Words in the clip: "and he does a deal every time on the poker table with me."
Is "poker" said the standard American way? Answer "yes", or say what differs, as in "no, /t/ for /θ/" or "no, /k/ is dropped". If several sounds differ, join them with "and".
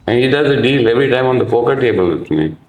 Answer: no, /f/ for /p/